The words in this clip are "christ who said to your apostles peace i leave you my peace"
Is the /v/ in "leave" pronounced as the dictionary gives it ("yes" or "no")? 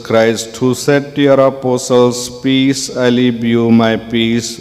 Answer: no